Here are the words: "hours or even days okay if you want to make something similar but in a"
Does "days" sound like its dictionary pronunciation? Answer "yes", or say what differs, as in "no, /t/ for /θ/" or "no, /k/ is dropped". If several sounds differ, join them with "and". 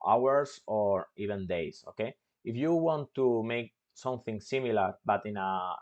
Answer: no, /s/ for /z/